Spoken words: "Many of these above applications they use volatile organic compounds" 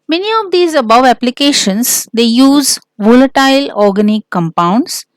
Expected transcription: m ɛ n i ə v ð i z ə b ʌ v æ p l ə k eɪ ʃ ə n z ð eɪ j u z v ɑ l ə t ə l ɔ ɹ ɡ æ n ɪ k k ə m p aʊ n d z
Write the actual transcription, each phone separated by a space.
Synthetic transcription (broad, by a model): m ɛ n i ə v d i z ə b ʌ v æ p l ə k eɪ ʃ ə n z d eɪ j u z v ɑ l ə t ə l ɔ ɹ ɡ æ n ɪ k k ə m p aʊ n d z